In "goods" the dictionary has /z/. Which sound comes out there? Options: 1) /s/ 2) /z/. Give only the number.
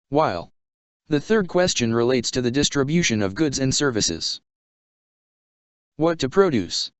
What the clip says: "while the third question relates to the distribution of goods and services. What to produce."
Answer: 2